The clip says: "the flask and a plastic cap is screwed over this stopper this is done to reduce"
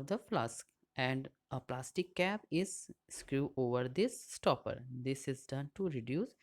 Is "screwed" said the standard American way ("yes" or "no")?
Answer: no